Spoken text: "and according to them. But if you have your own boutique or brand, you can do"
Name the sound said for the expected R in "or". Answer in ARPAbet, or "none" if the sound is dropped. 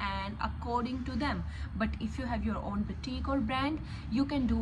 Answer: L